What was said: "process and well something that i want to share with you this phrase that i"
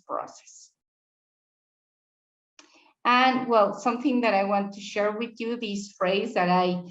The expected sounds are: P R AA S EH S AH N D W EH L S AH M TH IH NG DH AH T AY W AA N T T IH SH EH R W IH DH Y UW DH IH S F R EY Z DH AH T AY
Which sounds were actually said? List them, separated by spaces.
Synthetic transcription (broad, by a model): P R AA S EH S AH N W EH L S AH M TH IH NG DH AH T AY W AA N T T IH SH EH R W IH DH Y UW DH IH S F R EY Z DH AH T AY